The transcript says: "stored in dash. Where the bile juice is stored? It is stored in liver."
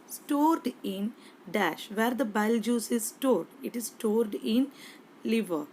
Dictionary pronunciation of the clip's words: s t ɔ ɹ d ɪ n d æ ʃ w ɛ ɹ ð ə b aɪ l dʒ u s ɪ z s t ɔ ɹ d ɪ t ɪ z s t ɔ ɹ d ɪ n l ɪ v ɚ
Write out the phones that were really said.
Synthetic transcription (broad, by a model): s t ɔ ɹ d ɪ n d æ ʃ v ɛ ɹ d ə b aɪ l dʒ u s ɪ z s t ɔ ɹ d ɪ t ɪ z s t ɔ ɹ d ɪ n l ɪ v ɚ